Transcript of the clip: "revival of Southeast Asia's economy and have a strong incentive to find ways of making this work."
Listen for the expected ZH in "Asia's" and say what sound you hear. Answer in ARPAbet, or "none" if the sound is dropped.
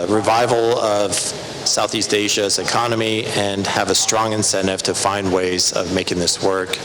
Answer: ZH